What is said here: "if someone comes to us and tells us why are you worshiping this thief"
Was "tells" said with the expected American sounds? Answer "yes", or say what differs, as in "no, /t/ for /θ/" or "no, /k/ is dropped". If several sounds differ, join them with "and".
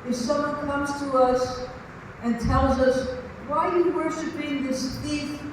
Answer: yes